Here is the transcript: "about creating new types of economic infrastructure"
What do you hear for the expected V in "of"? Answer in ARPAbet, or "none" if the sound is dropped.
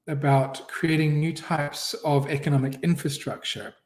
V